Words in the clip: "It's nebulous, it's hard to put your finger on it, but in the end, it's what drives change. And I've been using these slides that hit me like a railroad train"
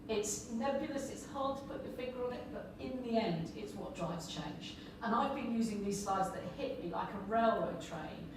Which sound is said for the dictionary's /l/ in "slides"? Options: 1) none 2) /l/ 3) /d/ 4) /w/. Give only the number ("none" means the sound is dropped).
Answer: 1